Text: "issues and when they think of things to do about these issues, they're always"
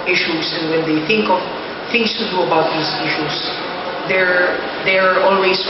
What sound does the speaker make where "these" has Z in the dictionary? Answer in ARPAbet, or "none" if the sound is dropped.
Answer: S